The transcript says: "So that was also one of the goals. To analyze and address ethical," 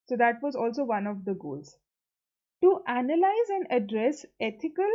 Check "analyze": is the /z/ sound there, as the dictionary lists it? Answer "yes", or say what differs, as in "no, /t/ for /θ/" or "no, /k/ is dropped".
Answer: yes